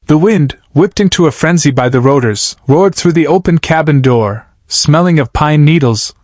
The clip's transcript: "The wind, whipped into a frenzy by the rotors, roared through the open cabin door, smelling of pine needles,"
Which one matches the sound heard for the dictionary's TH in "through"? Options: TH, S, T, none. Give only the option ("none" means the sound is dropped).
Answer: TH